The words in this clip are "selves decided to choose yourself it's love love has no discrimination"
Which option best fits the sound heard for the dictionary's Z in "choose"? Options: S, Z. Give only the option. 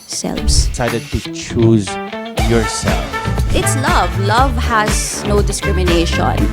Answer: Z